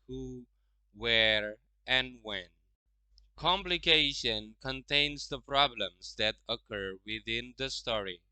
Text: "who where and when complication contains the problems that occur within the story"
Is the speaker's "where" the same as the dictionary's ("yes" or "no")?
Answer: yes